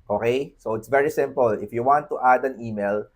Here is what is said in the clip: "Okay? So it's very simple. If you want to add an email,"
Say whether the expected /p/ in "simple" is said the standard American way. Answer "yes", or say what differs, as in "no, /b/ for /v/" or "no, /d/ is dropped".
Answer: yes